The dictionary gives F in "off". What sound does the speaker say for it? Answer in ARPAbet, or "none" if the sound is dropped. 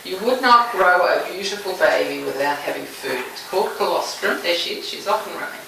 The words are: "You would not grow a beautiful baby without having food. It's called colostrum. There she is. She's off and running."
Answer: F